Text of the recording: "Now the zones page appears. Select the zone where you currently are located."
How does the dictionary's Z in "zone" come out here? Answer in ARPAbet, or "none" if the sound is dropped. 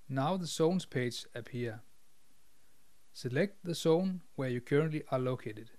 S